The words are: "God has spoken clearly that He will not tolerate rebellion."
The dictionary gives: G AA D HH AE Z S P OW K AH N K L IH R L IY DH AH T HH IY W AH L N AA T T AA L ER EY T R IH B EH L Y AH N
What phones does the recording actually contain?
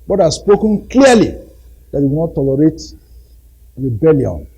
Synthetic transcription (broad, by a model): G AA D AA S P OW K AH N K L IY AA L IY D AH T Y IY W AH N AA T T AA L ER EY T R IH B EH L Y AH N